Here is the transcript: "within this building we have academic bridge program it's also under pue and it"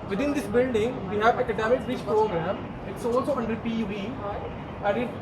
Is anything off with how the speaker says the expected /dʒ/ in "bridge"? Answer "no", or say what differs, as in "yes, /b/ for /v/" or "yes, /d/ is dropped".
yes, /tʃ/ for /dʒ/